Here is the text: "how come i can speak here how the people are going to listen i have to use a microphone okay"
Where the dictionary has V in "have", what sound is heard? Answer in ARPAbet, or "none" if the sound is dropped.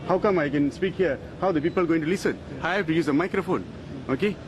F